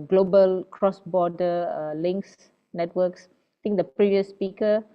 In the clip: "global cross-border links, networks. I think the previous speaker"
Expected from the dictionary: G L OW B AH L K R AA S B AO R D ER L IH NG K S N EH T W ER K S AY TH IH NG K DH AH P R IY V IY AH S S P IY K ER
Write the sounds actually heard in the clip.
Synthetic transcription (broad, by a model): G L OW B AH L K R AA S B AO D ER L IH NG K S N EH T W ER K S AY T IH NG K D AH P R IY V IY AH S S P IY K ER